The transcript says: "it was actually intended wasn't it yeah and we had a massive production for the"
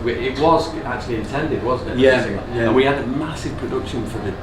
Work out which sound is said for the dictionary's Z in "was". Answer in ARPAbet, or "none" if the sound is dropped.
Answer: Z